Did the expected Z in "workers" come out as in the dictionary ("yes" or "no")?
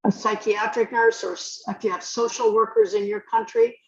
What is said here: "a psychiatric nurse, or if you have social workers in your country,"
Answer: yes